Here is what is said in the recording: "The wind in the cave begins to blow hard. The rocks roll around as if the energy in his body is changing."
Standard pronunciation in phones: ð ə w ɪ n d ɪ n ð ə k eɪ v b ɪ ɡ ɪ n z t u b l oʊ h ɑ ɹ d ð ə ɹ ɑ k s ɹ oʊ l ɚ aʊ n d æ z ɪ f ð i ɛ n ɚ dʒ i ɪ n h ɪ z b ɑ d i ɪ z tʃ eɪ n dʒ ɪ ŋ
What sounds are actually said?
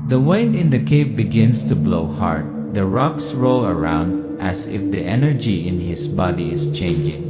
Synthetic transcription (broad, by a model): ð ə w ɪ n ɪ n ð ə k eɪ v b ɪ ɡ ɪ n s t u b l oʊ h ɑ ɹ d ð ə ɹ ɑ k s ɹ oʊ l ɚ aʊ n d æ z ɪ f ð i ɛ n ɚ dʒ i ɪ n h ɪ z b ɑ d i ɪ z tʃ eɪ n dʒ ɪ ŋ